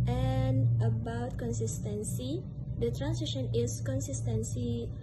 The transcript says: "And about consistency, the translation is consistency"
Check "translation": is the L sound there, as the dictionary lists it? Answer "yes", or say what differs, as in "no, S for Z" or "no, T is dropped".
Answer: no, L is dropped